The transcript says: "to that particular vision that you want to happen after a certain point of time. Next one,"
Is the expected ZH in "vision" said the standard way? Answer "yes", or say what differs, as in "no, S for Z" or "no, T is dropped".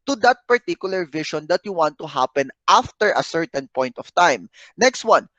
no, SH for ZH